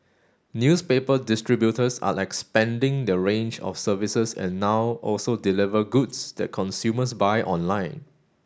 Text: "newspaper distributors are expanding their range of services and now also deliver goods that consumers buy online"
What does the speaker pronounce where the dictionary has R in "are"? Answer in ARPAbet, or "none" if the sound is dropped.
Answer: L